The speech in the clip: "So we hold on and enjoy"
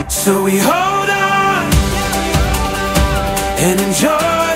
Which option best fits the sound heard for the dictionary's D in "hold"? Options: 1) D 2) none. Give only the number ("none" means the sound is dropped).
1